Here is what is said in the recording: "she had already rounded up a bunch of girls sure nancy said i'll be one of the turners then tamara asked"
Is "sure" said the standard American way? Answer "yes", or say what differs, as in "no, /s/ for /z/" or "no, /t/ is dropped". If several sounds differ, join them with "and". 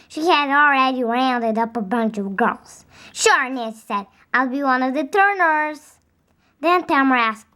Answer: yes